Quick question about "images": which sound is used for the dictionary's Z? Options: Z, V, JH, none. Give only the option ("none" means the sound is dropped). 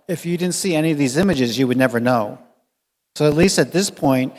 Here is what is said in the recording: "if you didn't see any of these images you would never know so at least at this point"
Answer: Z